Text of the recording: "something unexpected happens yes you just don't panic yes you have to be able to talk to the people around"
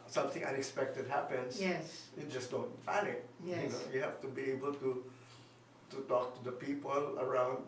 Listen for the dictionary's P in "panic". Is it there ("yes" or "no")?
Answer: no